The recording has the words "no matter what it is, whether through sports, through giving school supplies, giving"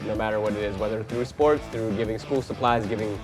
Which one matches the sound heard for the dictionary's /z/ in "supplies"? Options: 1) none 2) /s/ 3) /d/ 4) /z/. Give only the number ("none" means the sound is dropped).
4